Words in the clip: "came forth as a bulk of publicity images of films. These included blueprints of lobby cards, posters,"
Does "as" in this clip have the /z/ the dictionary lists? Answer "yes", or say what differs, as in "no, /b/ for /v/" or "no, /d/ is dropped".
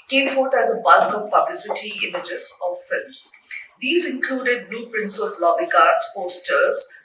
yes